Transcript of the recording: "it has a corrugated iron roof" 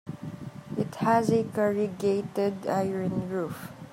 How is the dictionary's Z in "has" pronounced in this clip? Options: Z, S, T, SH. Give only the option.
Z